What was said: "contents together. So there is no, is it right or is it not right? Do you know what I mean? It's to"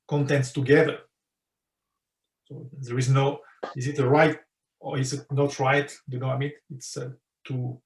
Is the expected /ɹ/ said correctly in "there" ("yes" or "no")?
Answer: yes